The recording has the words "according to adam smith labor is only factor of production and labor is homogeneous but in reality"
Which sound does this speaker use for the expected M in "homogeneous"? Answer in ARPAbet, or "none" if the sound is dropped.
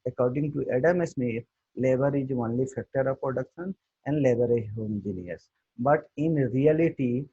none